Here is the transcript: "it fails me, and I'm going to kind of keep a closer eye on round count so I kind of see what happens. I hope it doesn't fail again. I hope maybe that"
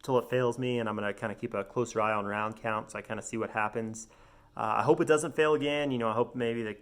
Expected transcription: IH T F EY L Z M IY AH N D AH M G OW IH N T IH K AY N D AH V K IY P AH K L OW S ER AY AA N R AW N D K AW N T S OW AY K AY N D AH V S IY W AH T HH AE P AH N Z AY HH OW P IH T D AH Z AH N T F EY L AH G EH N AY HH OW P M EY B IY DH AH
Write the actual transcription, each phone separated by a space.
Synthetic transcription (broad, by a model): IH T F EY L Z M IY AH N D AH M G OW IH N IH K AY N D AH K IY P AH K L OW S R AY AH N R AW N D K AW N T S OW AY K AY N D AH S IY W AH T HH AE P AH N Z AY HH OW P IH T D AH Z AH N T F EY L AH G EH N AY HH OW P M EY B IY DH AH